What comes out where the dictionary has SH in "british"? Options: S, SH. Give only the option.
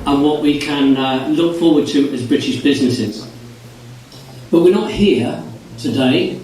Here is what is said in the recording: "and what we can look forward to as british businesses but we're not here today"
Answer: SH